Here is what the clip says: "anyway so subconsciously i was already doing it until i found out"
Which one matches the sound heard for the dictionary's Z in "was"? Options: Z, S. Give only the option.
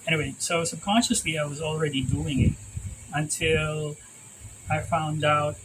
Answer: Z